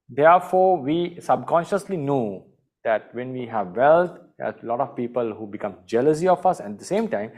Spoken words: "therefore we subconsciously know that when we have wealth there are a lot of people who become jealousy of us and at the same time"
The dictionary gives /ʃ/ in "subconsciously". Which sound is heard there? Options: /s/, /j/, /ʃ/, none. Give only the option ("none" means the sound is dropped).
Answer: /ʃ/